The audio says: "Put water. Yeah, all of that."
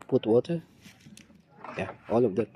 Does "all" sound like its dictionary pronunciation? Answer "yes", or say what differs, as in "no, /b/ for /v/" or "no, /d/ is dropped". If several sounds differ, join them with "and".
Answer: yes